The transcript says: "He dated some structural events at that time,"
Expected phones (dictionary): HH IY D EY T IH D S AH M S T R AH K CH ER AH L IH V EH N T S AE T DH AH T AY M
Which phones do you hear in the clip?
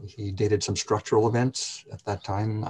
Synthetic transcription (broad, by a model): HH IY D EY T IH D S AH M S T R AH K CH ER L IH V EH N T S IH T DH AH T AY M